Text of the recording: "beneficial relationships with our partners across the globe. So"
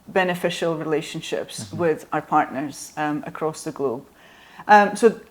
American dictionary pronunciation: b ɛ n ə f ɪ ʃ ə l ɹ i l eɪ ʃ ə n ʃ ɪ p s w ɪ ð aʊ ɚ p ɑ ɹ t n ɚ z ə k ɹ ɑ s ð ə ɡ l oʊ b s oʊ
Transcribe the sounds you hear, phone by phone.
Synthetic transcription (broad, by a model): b ɛ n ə f ɪ ʃ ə l ɹ i l eɪ ʃ ə n ʃ ɪ p s w ɪ ð aʊ ɚ p ɑ ɹ t n ɚ z ə k ɹ ɑ s ð ə ɡ l oʊ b s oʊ